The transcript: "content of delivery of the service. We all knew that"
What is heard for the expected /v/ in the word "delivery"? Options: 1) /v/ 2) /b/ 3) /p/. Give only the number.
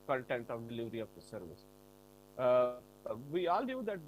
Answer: 1